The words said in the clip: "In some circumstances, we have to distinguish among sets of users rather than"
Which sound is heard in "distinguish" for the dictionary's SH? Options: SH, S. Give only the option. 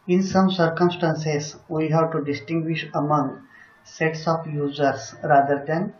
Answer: SH